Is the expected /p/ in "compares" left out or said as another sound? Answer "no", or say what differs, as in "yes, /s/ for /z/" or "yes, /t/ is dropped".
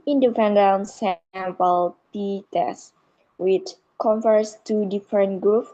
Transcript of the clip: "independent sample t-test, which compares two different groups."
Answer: yes, /f/ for /p/